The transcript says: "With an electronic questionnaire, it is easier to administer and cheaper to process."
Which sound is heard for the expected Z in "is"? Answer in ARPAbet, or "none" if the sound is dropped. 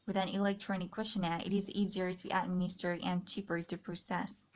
Z